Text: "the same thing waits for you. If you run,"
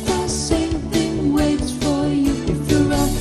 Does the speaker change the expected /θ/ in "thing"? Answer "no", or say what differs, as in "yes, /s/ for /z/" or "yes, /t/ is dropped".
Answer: no